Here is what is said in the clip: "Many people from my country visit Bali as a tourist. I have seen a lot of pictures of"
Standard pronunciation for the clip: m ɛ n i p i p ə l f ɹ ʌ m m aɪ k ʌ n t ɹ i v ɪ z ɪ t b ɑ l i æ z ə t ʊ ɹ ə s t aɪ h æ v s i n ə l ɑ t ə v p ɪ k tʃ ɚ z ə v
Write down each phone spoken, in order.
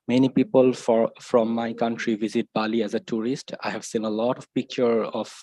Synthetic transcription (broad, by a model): m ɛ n i p i p ə l f ɹ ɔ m m aɪ k ʌ n t ɹ i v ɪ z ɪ t b ɑ l i æ z ə t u ɹ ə s t aɪ h æ v s i n ə l ɑ t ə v p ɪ k tʃ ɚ ə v